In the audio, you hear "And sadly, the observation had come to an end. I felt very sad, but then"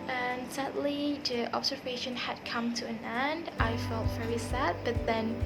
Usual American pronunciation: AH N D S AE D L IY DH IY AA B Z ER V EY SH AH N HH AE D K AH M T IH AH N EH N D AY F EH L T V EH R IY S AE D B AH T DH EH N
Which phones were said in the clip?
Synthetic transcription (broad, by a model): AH N S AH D L IY DH IY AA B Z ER V EY SH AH N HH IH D K AH M T IH AH N EH N D AY F EH L T V EH R IY S AE D B AH T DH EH N